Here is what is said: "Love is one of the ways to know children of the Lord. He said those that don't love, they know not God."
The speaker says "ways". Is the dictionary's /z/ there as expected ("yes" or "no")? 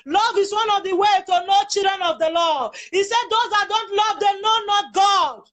no